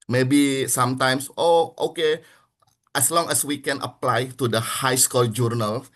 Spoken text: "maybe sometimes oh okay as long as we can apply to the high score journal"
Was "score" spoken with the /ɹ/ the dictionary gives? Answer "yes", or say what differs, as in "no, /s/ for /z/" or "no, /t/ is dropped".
no, /l/ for /ɹ/